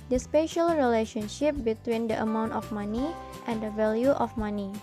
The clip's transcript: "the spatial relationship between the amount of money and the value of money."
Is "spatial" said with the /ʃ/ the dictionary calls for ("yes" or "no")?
yes